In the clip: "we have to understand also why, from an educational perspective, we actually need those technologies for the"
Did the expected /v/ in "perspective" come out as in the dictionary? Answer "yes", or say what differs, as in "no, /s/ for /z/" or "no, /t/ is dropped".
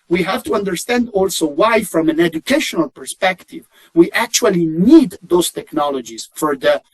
yes